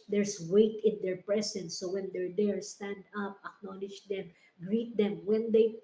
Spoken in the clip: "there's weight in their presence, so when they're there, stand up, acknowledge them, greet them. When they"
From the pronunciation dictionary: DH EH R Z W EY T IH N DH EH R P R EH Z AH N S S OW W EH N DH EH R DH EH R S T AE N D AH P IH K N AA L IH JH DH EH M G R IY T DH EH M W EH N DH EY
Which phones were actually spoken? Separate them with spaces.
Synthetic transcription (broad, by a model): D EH R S W EY T IH N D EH R P R EH S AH N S S OW W EH N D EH R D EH R S T AE N D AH P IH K N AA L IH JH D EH M G R IY T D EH M W EH N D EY